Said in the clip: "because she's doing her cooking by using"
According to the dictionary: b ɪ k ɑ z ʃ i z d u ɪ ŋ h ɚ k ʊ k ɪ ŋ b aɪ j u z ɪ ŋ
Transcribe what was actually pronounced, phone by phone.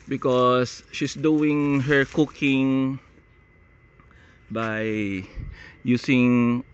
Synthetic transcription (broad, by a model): b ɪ k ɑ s ʃ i s d u ɪ ŋ h ɚ k ʊ k ɪ ŋ b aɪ j u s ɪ ŋ